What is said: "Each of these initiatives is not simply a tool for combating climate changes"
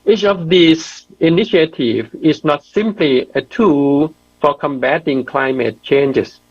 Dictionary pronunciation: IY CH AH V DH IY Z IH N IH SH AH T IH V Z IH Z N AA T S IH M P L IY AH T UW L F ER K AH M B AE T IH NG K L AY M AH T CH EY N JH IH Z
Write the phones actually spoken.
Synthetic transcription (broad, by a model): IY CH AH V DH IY S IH N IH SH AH T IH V IH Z N AA T S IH M P L IY AH T UW L F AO K AH M B AE T IH NG K L AY M AH T CH EY N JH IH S